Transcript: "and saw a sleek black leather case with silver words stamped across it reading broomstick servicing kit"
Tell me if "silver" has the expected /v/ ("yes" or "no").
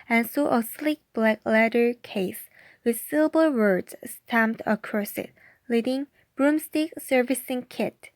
no